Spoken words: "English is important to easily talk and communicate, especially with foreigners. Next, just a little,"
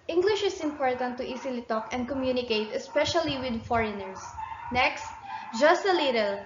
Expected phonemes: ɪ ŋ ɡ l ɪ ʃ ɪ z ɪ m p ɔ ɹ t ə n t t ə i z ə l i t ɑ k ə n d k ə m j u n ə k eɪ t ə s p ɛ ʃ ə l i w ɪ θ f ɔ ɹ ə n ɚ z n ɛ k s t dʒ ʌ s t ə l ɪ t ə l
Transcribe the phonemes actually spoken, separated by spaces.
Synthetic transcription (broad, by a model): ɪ ŋ ɡ l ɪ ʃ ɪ s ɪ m p ɔ ɹ t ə n t t i s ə l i t ɑ k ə n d k ə m j u n ə k eɪ t ə s p ɛ ʃ ə l i w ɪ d f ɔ ɹ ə n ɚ s n ɛ k s t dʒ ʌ s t ə l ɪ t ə l